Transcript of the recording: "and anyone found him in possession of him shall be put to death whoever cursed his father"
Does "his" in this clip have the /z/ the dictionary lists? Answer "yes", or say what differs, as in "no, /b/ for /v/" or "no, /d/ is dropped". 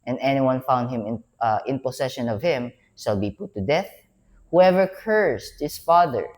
no, /s/ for /z/